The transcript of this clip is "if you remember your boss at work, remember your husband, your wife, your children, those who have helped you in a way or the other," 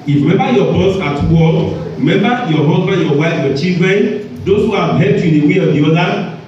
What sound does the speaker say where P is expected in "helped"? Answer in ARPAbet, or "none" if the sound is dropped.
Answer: none